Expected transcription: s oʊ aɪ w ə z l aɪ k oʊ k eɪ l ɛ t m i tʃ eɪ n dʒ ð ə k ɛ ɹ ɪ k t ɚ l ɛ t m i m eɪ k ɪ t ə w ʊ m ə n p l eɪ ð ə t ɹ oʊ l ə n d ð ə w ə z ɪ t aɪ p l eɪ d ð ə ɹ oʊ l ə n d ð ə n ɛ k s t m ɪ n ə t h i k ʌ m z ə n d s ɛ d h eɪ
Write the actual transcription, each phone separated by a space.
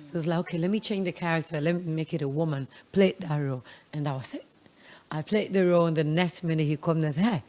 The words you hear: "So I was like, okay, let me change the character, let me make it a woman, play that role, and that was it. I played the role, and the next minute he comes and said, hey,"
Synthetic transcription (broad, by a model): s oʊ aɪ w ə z l aɪ k oʊ k eɪ l ɛ t m i tʃ eɪ n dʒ ð ə k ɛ ɹ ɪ k t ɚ l ɛ t m i m eɪ k ɪ t ə w ʊ m ə n p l eɪ ð ə t ɹ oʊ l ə n ð ə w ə s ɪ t aɪ p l eɪ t ð ə ɹ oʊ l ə n ð ə n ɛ s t m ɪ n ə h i k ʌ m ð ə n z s h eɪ